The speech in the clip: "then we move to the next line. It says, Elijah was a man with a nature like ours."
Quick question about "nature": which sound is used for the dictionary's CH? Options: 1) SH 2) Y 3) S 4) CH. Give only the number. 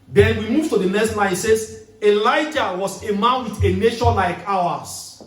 1